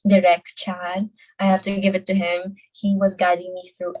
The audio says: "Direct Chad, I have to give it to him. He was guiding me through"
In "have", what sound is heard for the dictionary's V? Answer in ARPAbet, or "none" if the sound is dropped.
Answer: F